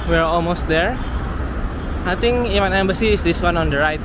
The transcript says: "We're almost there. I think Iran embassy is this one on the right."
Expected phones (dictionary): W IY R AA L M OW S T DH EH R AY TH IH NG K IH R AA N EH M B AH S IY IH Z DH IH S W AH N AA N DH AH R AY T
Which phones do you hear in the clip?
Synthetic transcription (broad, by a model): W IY R AA L M OW S T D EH R AY T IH NG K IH W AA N EH M B AH S IY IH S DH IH S W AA N AA N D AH R AY T